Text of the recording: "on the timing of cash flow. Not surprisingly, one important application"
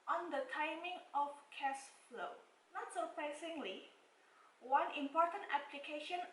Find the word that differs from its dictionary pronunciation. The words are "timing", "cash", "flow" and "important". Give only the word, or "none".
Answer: cash